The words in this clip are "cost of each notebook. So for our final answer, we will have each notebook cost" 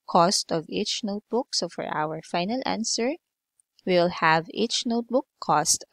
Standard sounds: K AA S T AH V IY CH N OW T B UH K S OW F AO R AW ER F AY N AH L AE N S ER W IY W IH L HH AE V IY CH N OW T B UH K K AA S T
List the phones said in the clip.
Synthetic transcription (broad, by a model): K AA S T AH V IY CH N OW T B UH K S OW F AO R AW ER F AY N AH L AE N S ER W W IH L HH AE V IY CH N OW T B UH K K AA S T